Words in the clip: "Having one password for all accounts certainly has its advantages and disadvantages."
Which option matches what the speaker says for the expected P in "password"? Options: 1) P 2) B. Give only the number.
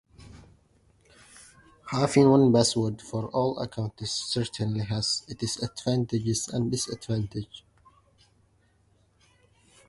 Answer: 2